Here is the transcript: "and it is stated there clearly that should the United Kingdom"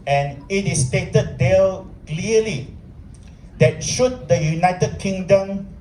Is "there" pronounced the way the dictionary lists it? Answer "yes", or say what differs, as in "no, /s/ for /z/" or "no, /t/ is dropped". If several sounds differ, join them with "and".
no, /l/ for /ɹ/